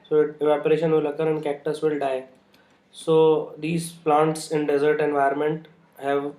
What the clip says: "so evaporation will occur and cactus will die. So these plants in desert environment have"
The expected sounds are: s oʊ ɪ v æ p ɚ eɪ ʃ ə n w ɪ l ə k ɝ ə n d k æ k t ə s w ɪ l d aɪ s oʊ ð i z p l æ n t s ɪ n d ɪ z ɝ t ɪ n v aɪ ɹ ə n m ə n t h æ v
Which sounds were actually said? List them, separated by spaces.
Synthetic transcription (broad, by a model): s oʊ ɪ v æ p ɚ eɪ ʃ ə n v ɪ l ə k ɝ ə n k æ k t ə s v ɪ l d aɪ s oʊ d i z p l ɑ n t s ɪ n d ɪ z ɝ t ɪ n v aɪ ə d m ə n t h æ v